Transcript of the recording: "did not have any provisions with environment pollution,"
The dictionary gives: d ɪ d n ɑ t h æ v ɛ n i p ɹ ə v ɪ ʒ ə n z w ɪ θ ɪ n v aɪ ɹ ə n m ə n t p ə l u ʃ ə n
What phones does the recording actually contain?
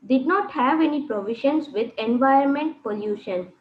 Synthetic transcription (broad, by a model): d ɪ d n ɑ t h æ v ɛ n i p ɹ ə v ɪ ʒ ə n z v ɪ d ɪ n v aɪ ə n m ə n t p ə l u ʃ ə n